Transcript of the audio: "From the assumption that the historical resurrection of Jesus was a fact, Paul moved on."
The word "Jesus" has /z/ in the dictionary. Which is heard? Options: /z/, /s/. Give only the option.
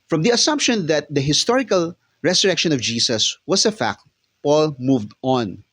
/s/